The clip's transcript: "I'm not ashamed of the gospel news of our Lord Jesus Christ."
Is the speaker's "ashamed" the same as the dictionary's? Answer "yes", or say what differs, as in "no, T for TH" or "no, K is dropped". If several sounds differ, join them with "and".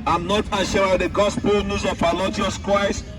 no, M is dropped